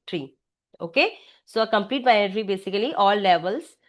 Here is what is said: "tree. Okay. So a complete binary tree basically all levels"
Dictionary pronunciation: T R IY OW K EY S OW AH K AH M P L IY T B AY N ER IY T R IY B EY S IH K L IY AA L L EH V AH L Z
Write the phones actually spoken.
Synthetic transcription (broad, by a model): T R IY OW K EY S OW AH K AH M P L IY T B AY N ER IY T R IY B EY S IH K L IY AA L L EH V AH L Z